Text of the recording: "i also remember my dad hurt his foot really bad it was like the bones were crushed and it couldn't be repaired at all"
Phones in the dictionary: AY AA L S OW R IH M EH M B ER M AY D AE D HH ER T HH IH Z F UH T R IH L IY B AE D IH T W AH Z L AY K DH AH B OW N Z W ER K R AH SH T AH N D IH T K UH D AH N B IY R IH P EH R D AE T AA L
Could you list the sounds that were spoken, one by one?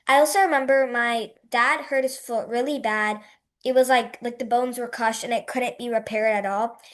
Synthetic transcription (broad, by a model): AY AA L S OW R IH M EH M B ER M AY D AE D HH ER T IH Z F UH T R IH L IY B AE D IH T W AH Z L AY K DH AH B OW N Z W ER K AH SH T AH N IH T K UH D N B IY R IH P EH R D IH T AA L